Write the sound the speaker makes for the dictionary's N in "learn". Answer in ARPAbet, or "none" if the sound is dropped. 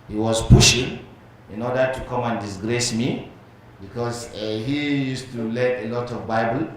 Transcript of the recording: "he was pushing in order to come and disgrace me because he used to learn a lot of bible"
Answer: none